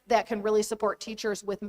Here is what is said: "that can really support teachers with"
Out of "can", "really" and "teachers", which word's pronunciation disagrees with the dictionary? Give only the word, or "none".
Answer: none